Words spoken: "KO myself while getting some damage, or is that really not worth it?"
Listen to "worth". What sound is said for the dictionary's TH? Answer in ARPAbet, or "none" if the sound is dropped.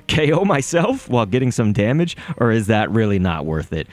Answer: TH